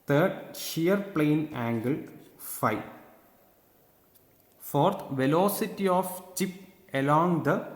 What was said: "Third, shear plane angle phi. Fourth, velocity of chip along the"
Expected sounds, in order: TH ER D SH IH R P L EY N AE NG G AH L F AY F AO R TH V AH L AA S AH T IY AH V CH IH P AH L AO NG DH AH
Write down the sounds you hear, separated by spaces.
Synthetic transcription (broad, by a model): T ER D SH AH R P L EY N AE NG G AH L F AY F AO R T V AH L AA S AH T IY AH F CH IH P AH L AO NG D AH